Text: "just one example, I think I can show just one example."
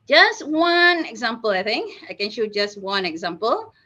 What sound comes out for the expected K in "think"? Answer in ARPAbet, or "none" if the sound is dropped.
K